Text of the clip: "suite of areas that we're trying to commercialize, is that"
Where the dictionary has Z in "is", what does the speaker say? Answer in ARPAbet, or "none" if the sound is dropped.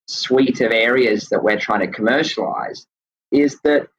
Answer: Z